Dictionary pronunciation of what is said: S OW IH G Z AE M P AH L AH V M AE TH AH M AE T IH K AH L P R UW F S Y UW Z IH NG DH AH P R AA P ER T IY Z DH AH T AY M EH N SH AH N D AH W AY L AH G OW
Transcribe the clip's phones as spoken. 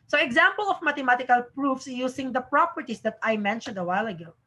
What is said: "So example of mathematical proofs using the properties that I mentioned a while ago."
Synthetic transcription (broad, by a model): S OW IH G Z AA M P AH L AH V M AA T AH M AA T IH K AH L P R UW F S Y UW S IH NG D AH P R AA P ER T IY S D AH T AY M EH N SH AH N D AH W AY L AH G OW